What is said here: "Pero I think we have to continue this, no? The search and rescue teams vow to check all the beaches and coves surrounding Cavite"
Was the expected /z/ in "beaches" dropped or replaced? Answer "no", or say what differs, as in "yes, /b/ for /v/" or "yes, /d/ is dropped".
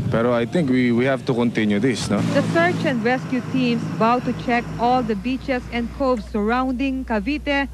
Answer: yes, /s/ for /z/